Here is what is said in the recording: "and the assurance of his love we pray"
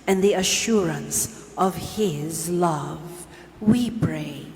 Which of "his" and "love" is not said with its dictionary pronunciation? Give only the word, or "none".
none